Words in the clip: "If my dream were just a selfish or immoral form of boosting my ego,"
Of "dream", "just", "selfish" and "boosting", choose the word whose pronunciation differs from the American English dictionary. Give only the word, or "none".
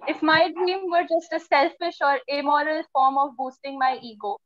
none